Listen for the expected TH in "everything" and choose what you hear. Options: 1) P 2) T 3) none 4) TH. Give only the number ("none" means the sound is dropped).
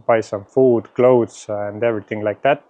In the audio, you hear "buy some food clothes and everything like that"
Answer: 2